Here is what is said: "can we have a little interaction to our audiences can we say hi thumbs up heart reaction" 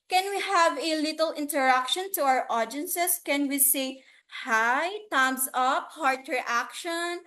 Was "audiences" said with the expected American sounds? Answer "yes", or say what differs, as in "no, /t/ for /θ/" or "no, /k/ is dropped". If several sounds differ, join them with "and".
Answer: no, /s/ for /z/